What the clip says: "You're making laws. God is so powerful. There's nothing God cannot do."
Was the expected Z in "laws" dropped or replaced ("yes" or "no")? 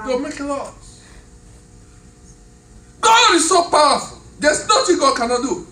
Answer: yes